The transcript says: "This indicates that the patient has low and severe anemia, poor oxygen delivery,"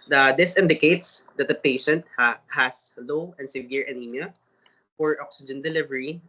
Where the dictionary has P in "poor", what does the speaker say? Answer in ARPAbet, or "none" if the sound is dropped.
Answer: F